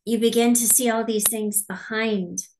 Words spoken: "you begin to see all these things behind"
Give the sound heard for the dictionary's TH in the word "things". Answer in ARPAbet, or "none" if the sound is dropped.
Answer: TH